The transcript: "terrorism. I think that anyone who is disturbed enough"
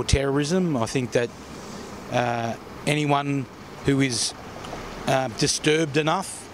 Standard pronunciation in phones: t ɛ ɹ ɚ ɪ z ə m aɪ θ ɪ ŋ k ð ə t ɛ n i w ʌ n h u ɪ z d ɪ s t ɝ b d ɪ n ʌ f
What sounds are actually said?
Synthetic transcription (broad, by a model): t ɛ ɹ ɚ ɪ z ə m aɪ θ ɪ ŋ k ð ə t ɛ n i w ʌ n h u ɪ z d ɪ s t ɝ b d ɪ n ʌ f